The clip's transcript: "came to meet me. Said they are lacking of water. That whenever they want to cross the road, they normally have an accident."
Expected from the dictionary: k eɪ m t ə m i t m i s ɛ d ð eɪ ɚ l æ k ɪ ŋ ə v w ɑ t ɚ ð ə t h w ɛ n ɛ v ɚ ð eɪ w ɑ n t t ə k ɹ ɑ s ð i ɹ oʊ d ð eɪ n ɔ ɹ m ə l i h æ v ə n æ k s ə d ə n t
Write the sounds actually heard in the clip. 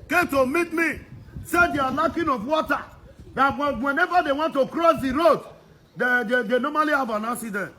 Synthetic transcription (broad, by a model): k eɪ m t ə m i t m i s ɛ d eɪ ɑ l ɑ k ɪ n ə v w ɑ t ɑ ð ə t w w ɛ n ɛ v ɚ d eɪ w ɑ n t t ə k ɹ ɑ s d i ɹ oʊ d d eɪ n ɔ m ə l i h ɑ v ə n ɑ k s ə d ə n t